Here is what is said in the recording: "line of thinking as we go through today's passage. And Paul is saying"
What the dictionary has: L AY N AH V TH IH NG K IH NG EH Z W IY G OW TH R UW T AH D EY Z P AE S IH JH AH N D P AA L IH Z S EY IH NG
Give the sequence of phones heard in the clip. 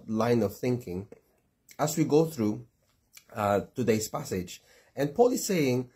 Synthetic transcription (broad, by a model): L AY N AH V TH IH NG K IH NG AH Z W IY G OW TH R UW T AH D EY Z P AE S IH JH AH N P AA L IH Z S EY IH NG